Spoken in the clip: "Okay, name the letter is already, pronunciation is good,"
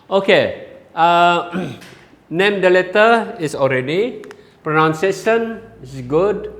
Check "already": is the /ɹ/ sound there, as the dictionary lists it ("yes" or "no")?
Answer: yes